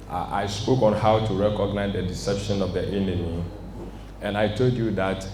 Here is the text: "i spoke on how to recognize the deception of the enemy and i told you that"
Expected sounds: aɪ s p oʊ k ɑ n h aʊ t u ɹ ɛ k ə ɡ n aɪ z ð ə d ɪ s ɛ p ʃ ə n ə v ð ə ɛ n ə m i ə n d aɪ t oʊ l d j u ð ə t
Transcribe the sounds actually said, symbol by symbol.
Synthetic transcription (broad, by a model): aɪ s p oʊ k ɑ n h aʊ t u ɹ ɛ k ə ɡ n aɪ z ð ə d ɪ s ɛ p ʃ ə n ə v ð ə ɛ n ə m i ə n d aɪ t oʊ l d j u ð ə t